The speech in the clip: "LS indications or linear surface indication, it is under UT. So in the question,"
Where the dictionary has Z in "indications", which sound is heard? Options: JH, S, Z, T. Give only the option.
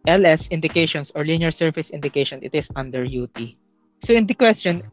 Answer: S